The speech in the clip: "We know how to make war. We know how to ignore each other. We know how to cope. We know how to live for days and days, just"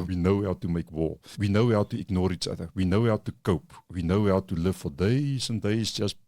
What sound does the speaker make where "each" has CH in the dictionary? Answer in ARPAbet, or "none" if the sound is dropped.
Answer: CH